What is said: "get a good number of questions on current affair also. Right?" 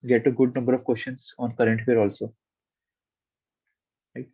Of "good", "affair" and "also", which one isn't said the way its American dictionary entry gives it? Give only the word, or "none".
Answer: affair